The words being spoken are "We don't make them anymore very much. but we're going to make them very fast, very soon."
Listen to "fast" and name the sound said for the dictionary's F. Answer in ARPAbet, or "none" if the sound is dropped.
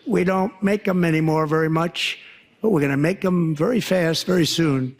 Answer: F